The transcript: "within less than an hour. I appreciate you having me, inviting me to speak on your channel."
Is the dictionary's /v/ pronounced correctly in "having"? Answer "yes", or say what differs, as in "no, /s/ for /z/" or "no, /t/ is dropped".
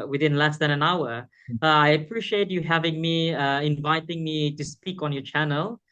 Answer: yes